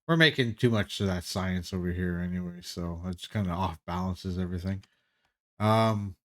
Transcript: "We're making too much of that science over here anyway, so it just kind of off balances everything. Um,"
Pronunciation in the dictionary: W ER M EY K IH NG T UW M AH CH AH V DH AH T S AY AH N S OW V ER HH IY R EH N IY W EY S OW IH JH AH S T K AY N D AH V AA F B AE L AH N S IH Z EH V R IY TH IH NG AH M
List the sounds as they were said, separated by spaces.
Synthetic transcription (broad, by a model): W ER M EY K IH NG T UW M AH CH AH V DH AH T S AY AH N S OW V ER HH IY R EH N IY W EY S OW IH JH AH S K AY N D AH AA F B AE L AH N S IH Z EH V R IY TH IH NG AH M